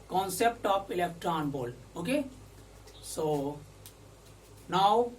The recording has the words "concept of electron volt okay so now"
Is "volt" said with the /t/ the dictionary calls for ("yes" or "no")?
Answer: no